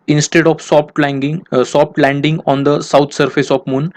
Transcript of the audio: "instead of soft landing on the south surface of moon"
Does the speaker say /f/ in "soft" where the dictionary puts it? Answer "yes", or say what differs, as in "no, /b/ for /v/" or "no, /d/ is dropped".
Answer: no, /p/ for /f/